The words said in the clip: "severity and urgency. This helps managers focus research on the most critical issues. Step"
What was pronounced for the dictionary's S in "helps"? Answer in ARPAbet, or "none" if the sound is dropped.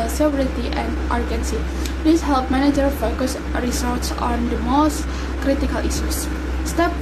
none